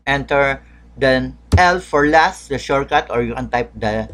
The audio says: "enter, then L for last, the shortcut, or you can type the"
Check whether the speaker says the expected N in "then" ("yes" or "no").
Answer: no